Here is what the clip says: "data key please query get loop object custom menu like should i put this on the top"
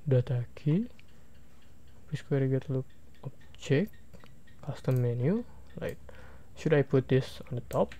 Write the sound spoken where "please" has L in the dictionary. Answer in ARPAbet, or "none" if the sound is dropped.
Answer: none